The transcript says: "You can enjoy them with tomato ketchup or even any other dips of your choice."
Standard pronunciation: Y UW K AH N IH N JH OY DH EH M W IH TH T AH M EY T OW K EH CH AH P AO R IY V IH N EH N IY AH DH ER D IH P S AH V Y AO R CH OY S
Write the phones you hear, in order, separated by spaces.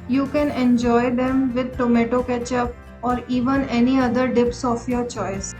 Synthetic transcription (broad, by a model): Y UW K AH N IH N JH OY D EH M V IH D T AH M EY T OW K EH CH AH P AO R IY V IH N EH N IY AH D ER D IH P S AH F Y AO R CH OY S